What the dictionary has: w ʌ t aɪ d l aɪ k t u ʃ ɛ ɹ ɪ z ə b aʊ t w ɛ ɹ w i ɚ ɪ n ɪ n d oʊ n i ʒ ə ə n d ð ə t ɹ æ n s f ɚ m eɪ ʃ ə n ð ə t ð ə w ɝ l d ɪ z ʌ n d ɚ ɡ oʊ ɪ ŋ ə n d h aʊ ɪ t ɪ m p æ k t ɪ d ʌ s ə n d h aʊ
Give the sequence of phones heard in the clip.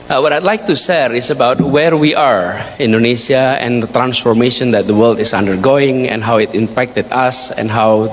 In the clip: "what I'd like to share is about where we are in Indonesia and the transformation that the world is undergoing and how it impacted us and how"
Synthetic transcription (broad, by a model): w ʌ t aɪ d l aɪ k t u s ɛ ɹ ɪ s ə b aʊ t w ɛ ɹ w i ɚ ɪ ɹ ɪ n d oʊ n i s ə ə n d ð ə t ɹ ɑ n s f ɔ m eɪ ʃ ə n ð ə t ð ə w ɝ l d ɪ s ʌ n d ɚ ɡ oʊ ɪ ŋ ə n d h aʊ ɪ t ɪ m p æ k t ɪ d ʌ s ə n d h aʊ